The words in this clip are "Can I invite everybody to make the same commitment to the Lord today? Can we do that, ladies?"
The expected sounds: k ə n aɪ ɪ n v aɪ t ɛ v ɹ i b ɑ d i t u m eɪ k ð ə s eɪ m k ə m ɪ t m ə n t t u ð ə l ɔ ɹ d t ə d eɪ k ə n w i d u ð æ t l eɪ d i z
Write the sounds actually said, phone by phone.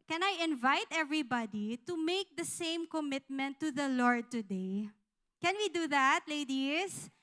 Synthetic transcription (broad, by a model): k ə n aɪ ɪ n v aɪ t ɛ v ɹ i b ɑ d i t u m eɪ k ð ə s eɪ m k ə m ɪ t m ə n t t u ð ə l ɔ ɹ d t ə d eɪ k ə n w i d u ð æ t l eɪ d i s